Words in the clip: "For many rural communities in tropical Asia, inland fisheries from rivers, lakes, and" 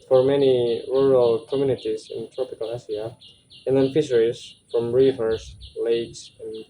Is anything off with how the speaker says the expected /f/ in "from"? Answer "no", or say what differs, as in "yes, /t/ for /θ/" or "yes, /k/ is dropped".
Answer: no